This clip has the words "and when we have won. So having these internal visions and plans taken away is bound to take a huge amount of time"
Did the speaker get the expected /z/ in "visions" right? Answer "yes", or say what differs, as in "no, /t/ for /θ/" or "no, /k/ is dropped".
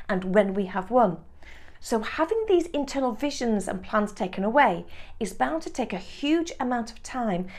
yes